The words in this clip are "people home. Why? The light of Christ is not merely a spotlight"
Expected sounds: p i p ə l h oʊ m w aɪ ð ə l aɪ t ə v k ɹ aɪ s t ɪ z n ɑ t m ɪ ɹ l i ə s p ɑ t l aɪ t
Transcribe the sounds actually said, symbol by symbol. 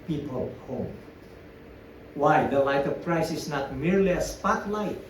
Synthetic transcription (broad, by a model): p i p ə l h oʊ m w aɪ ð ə l aɪ t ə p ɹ aɪ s ɪ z n ɑ t m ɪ ɹ l i ə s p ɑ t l aɪ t